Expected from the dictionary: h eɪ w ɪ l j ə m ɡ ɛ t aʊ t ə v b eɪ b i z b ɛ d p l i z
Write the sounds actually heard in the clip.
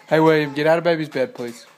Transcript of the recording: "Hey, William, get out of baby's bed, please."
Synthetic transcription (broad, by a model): h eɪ w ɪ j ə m ɡ ɛ t aʊ t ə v b eɪ b i z b ɛ d p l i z